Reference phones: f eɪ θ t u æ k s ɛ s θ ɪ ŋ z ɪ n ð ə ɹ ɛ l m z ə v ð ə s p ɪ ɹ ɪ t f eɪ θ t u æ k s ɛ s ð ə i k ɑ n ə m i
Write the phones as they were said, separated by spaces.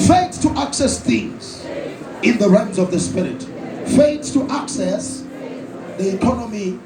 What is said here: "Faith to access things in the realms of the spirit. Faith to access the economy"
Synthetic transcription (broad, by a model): f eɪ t t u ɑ k s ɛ s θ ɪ ŋ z ɪ n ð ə ɹ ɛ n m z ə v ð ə s p ɪ ɹ ɪ t f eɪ t t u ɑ k s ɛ s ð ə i k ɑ n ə m i